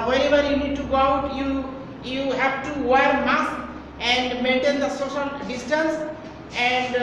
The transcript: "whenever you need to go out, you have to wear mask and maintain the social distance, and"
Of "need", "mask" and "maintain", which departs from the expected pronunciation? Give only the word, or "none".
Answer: mask